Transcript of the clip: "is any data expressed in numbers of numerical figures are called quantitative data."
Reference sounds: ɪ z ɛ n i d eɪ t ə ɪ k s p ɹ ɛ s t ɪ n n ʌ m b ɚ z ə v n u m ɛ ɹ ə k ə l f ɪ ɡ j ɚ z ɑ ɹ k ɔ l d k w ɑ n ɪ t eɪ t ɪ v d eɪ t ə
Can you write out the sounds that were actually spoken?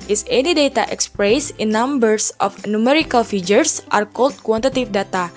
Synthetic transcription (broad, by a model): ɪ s ɛ n i d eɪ t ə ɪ k s p ɹ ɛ s ɪ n n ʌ m b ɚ s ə f n u m ɛ ɹ ə k ə l f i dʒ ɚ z ɑ ɹ k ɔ l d k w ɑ n t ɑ t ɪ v d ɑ t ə